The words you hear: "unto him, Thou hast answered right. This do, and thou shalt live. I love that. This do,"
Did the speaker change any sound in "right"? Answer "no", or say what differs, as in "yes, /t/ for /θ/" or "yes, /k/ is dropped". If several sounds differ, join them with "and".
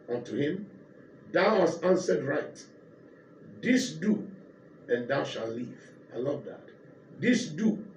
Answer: no